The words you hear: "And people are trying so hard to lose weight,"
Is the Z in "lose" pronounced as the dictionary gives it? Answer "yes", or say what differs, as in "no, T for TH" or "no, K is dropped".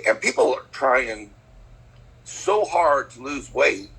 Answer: yes